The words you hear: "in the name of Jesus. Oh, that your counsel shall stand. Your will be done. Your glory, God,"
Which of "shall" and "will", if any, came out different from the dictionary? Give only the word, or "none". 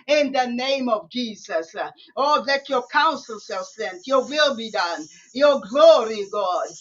shall